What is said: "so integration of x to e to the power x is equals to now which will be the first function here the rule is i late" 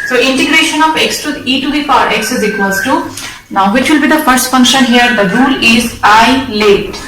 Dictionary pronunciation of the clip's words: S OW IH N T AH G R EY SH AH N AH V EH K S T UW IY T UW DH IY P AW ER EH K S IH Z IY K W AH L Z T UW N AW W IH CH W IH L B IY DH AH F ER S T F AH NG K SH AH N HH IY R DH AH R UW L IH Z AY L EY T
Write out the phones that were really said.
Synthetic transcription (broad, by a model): S OW IH N T AH G R EY SH AH N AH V EH K S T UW IY T UW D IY F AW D EH K S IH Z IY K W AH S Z T UW N AW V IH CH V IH L B IY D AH F ER S T F AH NG K SH AH N HH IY R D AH R UW L IH Z AY L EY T